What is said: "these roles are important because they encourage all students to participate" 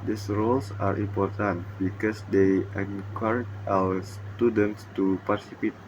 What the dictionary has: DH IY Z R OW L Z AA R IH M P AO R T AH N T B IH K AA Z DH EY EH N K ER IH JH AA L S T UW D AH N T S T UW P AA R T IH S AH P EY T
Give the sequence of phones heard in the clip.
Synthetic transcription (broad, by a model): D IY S R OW L S AA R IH M P AO R T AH N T B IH K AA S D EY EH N K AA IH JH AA W S T UW D AH N T S T UW P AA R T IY S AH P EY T